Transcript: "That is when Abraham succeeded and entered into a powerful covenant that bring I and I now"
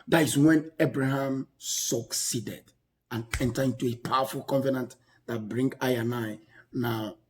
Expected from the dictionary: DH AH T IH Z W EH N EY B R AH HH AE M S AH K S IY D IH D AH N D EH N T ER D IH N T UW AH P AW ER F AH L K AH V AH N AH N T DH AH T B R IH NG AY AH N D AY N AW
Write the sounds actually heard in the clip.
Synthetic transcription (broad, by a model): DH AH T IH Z W EH N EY B R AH HH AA M S AH K S IY D IH D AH N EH N T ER IH N T UW AH P AW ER F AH L K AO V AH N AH N T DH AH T B R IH NG AY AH N AY N AW